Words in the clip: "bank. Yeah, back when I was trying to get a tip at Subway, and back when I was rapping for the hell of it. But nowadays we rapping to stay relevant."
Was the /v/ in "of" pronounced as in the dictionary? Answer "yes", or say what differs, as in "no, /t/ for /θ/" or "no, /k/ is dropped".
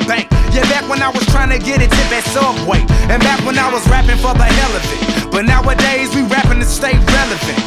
no, /f/ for /v/